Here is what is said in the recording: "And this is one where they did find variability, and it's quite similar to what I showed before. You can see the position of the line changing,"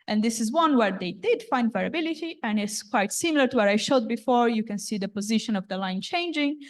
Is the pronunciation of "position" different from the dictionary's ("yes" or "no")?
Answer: no